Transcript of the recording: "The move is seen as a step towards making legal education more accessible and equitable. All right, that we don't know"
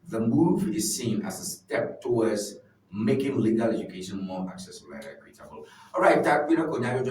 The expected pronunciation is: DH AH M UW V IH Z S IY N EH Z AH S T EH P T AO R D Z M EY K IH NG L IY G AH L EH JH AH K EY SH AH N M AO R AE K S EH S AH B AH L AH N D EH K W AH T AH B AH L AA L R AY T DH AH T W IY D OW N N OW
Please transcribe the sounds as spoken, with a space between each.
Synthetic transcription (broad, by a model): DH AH M UW V IH Z S IY N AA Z AH S T EH P T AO W D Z M EY K IH NG L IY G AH L EH JH AH K EY SH AH N M AO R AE K S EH S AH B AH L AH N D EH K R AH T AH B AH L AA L R AY T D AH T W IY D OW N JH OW